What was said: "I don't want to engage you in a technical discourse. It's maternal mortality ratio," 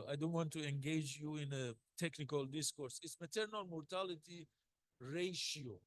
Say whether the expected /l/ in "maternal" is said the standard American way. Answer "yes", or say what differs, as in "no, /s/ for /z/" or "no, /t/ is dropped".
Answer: yes